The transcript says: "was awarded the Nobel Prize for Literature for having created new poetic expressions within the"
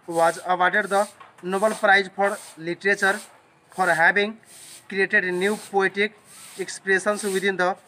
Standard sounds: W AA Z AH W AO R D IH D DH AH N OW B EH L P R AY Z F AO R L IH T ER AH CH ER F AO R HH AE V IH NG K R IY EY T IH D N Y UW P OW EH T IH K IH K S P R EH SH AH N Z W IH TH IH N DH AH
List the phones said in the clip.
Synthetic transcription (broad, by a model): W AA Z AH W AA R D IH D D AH N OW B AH L P R AY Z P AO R L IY T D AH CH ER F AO R HH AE B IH NG K R IY EY T IH D N Y UW P OW EH T IH K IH K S P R EH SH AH N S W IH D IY N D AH